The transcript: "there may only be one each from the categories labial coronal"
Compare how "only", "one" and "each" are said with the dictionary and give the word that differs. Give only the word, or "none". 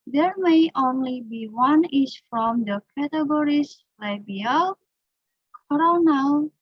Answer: each